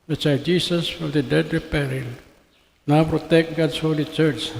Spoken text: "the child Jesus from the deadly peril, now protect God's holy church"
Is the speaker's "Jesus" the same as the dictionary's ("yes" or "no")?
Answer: no